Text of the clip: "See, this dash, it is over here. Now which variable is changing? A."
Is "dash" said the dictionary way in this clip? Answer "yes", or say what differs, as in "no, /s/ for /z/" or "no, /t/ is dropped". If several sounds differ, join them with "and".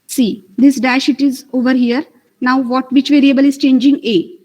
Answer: yes